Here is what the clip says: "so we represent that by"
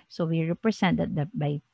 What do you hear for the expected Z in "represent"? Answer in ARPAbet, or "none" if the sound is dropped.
S